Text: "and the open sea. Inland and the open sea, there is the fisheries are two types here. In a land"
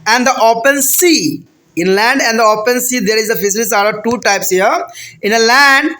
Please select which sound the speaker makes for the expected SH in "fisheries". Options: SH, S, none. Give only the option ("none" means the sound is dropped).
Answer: S